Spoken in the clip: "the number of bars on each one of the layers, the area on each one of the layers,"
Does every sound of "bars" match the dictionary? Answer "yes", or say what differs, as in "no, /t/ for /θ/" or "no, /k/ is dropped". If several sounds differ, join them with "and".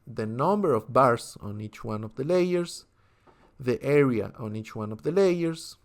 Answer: no, /s/ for /z/